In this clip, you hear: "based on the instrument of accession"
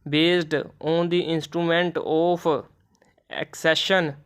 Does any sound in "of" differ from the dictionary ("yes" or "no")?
yes